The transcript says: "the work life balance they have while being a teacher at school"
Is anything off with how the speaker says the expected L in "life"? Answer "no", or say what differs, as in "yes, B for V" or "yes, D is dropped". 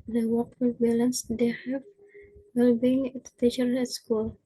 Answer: yes, W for L